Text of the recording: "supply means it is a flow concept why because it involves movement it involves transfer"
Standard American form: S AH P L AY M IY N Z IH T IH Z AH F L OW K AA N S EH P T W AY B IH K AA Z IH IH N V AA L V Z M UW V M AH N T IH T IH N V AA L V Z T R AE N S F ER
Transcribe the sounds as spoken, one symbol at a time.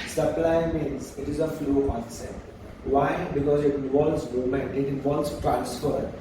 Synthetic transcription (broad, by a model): S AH P L AY M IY N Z IH T IH Z AH F L OW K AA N S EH T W AY B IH K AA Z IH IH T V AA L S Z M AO M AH N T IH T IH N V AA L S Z T R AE N S F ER